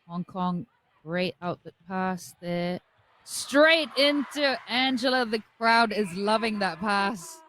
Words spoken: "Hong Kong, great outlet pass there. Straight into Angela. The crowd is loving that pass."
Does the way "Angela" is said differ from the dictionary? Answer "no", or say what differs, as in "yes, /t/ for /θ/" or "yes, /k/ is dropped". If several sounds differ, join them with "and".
yes, /l/ is dropped